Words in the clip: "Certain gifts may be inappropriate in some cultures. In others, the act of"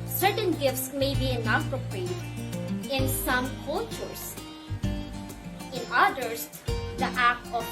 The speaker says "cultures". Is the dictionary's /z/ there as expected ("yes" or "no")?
no